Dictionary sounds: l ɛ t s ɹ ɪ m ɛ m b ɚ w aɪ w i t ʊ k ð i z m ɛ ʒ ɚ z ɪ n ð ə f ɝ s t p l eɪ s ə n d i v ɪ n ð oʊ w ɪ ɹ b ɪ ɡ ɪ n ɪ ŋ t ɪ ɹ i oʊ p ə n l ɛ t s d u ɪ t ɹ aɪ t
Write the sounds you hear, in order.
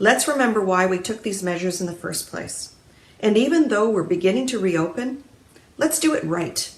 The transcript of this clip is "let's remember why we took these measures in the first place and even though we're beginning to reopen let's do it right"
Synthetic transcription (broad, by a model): l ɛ t s ɹ ɪ m ɛ m b ɚ w aɪ w i t ʊ k ð i z m ɛ ʒ ɚ z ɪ n ð ə f ɝ s p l eɪ s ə n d i v ɪ n ð oʊ w ɪ ɹ b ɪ ɡ ɪ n ɪ ŋ t ɪ ɹ i oʊ p ə n l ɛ t s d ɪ ɪ t ɹ aɪ t